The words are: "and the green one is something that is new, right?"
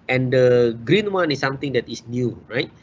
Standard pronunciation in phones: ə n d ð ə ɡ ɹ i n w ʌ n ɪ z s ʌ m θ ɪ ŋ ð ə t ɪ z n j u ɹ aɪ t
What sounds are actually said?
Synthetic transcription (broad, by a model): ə n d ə ɡ ɹ i n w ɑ n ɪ s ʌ m t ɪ ŋ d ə t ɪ s n j u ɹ aɪ t